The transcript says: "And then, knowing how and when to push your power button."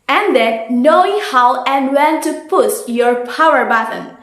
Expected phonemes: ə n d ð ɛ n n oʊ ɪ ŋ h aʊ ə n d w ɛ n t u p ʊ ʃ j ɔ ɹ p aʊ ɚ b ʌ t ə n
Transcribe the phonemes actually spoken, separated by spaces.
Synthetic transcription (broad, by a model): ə n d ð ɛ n n oʊ ɪ ŋ h aʊ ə n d w ɛ n t u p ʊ s j ɔ ɹ p aʊ ɚ b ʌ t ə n